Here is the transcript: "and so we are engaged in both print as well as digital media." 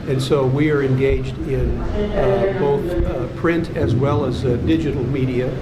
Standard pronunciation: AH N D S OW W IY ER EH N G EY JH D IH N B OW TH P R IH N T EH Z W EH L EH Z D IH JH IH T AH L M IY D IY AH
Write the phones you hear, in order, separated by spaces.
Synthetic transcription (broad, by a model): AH N S OW W IY ER EH N G EY JH D IH N B OW TH P R IH N T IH Z W EH L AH Z D IH JH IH T L M IY D IY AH